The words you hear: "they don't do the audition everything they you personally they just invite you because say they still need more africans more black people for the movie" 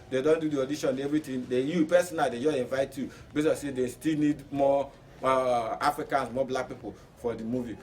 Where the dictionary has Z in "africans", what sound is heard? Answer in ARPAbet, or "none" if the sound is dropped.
S